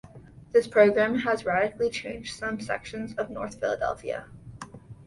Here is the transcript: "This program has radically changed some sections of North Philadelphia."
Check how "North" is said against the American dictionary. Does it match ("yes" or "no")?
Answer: yes